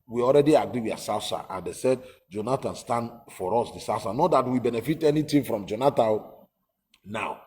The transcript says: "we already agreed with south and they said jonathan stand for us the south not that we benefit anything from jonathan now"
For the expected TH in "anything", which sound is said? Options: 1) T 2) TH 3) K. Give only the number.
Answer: 1